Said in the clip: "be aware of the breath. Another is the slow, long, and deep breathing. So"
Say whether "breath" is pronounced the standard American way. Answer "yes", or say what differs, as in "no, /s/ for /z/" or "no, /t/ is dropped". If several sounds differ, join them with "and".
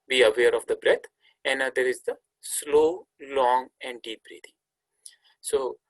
no, /t/ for /θ/